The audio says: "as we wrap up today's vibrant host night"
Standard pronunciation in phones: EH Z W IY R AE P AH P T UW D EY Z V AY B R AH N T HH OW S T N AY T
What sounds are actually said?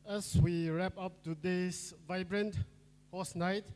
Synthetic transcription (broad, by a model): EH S W IY R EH P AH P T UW D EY S V AY B R AH N T HH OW S N AY T